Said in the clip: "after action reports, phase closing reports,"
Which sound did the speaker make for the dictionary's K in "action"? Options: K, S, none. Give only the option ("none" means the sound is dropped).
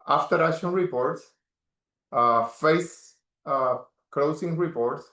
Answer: none